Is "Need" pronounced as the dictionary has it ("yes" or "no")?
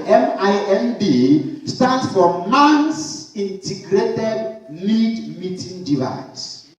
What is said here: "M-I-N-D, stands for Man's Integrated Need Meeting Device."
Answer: no